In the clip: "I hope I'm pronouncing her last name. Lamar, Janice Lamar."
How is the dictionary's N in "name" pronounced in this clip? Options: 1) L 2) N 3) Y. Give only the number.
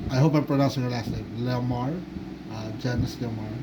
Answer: 1